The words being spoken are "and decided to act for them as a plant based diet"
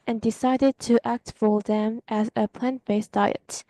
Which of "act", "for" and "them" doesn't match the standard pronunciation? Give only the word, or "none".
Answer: none